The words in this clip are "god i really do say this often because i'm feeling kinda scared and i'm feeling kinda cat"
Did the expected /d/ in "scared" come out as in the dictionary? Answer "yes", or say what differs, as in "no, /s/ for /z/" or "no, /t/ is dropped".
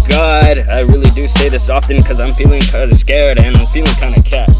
yes